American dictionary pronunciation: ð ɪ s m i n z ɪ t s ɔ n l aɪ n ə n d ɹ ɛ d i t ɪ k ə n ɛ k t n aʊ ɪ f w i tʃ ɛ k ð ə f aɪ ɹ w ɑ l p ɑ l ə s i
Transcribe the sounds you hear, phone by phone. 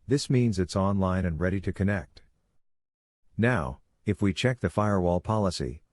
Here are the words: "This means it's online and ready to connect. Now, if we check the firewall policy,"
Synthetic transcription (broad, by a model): ð ɪ s m i n z ɪ t s ɔ n l aɪ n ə n ɹ ɛ d i t ɪ k ə n ɛ k t n aʊ ɪ f w i tʃ ɛ k ð ə f aɪ ɹ w ɑ l p ɑ l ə s i